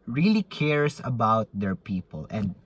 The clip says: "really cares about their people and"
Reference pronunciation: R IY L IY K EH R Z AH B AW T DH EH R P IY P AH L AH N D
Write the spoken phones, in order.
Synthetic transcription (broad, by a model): R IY L IY K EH R S AH B AW T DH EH R P IY P AH L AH N D